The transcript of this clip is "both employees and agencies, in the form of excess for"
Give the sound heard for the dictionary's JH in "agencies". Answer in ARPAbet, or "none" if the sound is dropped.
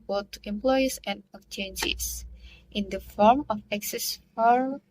CH